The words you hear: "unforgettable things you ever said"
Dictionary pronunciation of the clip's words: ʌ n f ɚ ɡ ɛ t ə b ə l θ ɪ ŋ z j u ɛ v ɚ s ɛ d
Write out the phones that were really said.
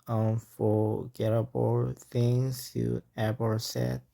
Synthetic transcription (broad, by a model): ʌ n f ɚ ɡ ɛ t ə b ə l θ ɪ ŋ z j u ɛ b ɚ s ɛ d